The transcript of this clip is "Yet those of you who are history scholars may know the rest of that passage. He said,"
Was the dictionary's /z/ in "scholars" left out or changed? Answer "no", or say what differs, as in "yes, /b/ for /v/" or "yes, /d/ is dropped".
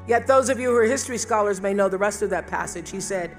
no